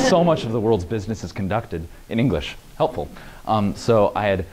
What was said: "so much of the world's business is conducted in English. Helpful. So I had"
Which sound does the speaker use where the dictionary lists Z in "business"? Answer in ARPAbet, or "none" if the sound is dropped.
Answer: Z